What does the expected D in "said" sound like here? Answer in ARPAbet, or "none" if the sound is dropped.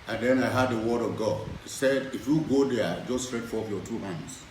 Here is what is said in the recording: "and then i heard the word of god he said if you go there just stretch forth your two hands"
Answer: D